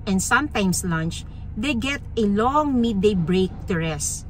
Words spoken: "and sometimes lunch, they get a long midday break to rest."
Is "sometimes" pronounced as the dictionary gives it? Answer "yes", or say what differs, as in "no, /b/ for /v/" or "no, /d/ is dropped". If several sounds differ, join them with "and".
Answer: no, /s/ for /z/